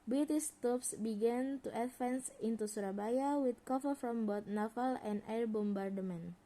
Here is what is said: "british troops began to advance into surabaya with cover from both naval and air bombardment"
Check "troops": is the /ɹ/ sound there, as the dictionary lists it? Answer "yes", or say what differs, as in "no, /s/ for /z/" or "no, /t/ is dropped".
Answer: no, /ɹ/ is dropped